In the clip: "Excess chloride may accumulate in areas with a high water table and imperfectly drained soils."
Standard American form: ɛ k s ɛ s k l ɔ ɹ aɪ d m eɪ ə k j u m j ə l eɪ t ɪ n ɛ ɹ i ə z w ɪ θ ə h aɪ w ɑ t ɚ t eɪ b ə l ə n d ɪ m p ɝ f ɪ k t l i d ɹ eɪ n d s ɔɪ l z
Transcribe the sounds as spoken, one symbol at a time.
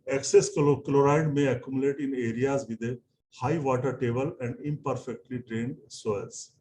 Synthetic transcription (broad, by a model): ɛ k s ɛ s k l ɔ ɹ aɪ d m eɪ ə k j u m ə l eɪ t ɪ n ɛ ɹ i ə z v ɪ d ə h aɪ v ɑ t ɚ t eɪ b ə l ə n d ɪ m p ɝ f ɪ k t l i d ɹ eɪ n d s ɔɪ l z